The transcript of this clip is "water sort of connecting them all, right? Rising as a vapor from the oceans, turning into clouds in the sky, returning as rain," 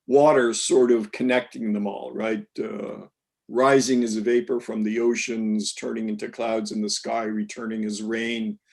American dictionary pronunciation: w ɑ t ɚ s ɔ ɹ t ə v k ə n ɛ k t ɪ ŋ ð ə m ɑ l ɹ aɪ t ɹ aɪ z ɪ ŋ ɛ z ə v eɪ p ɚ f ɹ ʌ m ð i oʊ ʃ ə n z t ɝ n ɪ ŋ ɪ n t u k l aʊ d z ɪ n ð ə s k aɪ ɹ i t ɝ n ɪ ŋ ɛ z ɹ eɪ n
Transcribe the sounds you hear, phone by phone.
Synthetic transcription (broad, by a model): w ɑ t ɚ s ɔ ɹ t ə v k ə n ɛ k t ɪ ŋ ð ə m ɑ l ɹ aɪ t ɹ aɪ z ɪ ŋ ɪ z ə v eɪ p ɚ f ɹ ʌ m ð i oʊ ʃ ə n z t ɝ n ɪ ŋ ɪ n t u k l aʊ d z ɪ n ð ə s k aɪ ɹ i t ɝ n ɪ ŋ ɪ z ɹ eɪ n